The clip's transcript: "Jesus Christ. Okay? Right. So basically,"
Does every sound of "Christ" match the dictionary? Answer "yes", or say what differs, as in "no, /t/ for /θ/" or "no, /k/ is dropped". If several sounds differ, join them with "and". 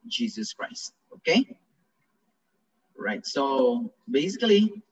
yes